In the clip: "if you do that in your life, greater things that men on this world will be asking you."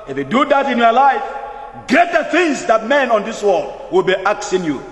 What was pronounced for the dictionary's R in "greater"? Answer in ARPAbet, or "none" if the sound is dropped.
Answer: none